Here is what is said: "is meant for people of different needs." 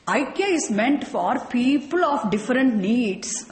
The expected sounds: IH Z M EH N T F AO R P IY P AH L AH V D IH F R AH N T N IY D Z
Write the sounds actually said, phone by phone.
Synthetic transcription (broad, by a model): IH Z M EH N T F AO R P IY P AH L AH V D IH F R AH N T N IY D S